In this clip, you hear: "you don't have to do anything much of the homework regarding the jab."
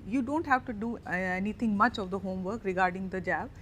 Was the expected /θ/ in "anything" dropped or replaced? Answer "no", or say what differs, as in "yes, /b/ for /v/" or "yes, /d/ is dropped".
yes, /t/ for /θ/